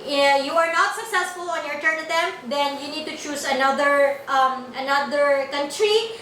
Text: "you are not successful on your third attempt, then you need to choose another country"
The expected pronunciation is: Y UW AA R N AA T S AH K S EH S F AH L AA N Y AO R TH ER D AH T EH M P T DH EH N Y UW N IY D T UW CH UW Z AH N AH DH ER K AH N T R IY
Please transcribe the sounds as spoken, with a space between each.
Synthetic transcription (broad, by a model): Y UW AA R N AA T S AH K S EH S F AH L AA N Y AO R T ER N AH T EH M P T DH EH N Y UW N IY D T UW CH UW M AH N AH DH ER K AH N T R IY